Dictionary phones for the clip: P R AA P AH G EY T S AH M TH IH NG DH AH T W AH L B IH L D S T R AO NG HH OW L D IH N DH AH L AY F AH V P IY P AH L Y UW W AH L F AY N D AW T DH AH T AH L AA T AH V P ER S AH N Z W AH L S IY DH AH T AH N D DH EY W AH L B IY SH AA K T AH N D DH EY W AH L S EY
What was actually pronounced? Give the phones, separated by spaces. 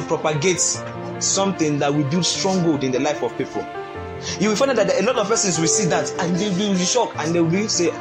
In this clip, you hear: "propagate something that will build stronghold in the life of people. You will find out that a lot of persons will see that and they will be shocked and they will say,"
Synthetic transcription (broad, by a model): P R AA P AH G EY T S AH M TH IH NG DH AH T W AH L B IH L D S T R AO NG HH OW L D IH N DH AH L AY F AH V P IY P AH L Y UW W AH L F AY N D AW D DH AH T AH L AA T AH V P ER S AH N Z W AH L S IY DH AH T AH N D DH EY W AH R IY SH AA K AH N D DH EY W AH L S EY